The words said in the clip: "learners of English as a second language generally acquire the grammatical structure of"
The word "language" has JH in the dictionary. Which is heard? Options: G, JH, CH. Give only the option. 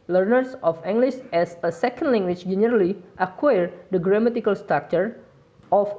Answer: CH